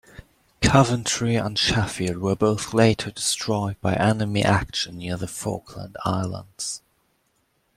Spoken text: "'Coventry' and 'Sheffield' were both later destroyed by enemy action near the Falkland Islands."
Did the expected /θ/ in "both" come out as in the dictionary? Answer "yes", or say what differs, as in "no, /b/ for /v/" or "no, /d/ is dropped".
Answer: yes